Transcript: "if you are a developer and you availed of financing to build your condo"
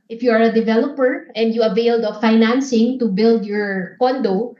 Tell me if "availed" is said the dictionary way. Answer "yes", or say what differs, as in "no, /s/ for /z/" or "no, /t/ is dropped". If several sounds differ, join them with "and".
yes